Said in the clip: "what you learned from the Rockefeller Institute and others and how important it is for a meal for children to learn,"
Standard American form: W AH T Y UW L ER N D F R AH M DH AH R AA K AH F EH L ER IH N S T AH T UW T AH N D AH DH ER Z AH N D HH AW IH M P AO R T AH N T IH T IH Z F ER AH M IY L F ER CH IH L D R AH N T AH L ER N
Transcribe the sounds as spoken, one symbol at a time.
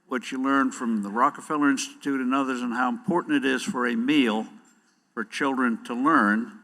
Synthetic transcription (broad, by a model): W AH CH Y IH L ER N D F R AH M DH AH R AA K AH F EH L ER IH N S T AH T UW T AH N AH DH ER Z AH N HH AW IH M P AO R T N T IH T IH Z F ER AH M IY L F ER CH IH L D R AH N T AH L ER N